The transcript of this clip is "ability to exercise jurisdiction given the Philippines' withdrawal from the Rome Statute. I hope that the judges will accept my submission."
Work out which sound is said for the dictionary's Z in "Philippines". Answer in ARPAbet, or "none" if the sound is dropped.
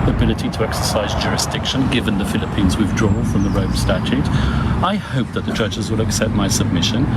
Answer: Z